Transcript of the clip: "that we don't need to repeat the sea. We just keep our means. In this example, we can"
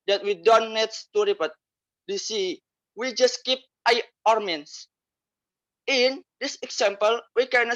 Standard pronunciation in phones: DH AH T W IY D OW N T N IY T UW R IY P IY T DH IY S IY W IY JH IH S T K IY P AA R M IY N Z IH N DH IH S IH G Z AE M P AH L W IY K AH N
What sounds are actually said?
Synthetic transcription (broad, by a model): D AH T W IY D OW N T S T UW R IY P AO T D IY S IY W IY JH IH S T K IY P AA R M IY N S IH N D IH S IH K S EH M P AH L W IY K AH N